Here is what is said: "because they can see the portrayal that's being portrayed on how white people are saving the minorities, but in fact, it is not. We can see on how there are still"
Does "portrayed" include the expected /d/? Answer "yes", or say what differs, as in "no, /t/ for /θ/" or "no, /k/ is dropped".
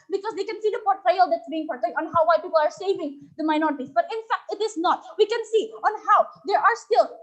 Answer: no, /d/ is dropped